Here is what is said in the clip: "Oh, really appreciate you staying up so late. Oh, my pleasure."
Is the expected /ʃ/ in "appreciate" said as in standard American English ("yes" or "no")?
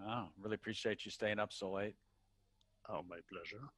yes